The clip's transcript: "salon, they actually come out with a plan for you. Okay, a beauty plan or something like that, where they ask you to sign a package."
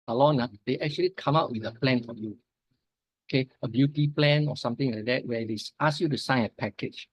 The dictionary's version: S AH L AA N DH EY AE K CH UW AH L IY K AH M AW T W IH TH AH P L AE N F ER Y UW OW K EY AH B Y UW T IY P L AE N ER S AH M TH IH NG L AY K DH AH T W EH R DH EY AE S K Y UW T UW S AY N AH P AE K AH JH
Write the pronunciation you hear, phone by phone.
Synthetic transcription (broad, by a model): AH L AA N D EY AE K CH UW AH L IY K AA M AW T W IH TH AH P L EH N F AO Y UW OW K EY AH B Y UW T IY P L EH N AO S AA M T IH NG L AY K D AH T W EH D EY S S Y UW T UW S AY N AH P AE K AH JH